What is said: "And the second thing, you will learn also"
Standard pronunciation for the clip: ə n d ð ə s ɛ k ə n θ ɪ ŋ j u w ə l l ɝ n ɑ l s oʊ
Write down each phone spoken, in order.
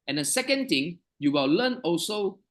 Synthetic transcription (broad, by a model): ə n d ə s ɛ k ə n t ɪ ŋ j u w ə l l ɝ n ɑ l s oʊ